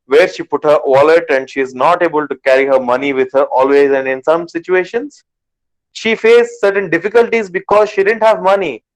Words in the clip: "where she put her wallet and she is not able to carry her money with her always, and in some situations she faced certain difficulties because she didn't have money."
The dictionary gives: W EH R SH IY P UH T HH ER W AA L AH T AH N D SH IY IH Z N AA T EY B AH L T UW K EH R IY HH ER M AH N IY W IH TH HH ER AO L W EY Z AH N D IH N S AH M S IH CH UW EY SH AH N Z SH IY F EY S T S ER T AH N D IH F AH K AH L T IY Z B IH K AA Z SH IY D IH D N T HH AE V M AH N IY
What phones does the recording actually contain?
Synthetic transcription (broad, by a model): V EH R SH IY P UH T HH ER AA L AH T AH N D SH IY IH Z N AA T EY B AH L T UW K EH R IY HH ER M AH N IY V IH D HH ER AO L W EY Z AH N D IH N S AH M S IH CH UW EY SH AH N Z SH IY F EY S S ER T AH N D IH F AH K AH L T IY Z B IH K AA Z SH IY D IH D N T HH AE V M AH N IY